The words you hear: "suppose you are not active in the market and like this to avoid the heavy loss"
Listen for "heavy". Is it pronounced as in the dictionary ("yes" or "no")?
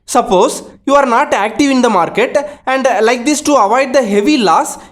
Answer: yes